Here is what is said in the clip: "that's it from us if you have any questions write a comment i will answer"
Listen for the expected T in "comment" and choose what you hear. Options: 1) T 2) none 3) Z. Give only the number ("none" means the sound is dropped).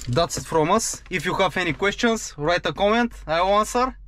1